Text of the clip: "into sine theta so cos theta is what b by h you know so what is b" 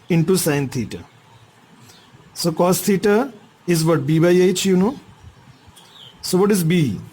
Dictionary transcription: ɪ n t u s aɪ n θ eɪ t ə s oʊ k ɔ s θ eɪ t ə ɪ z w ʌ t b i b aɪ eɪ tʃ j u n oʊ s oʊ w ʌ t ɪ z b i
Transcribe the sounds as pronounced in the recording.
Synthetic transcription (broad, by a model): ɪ n t u s aɪ n t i t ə s oʊ k ɔ s t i t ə ɪ z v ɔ t b i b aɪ eɪ tʃ j u n oʊ s oʊ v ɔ t ɪ z b i